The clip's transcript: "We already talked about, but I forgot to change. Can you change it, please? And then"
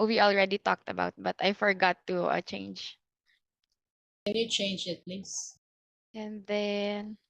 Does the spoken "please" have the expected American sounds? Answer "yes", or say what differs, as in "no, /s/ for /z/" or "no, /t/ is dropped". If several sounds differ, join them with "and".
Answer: no, /s/ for /z/